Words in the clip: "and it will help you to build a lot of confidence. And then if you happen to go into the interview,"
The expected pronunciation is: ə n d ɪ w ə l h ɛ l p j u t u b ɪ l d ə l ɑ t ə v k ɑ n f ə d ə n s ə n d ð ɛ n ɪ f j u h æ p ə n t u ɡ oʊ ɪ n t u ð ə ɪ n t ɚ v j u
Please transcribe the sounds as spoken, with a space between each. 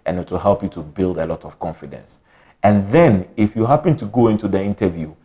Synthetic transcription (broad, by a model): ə n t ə h ɛ l p j u t u b ɪ l d ə l ɑ t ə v k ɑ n f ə d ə n s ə n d ð ɛ n ɪ f j u h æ p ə n t u ɡ oʊ ɪ n t u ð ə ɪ n t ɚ v j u